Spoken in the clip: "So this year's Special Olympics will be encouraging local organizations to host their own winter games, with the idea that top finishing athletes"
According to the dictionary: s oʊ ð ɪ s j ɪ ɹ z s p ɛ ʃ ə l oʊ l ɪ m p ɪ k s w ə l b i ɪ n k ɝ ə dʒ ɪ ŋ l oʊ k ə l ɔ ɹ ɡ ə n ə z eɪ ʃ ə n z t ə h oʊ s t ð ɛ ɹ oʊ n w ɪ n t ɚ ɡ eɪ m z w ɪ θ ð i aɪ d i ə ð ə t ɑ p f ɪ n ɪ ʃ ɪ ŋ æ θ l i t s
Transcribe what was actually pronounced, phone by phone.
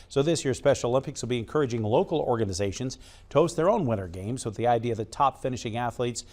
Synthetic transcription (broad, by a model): s oʊ ð ɪ s j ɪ ɹ s p ɛ ʃ l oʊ l ɪ m p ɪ k s w ə l b i ɪ n k ɝ ə dʒ ɪ ŋ l oʊ k l ɔ ɹ ɡ ə n ə z eɪ ʃ ə n z t ə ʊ s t ð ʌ ɹ oʊ n w ɪ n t ɚ ɡ eɪ m z w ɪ ð i aɪ d i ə ð ə t ɑ p f ɪ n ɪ ʃ ɪ ŋ æ θ l i t s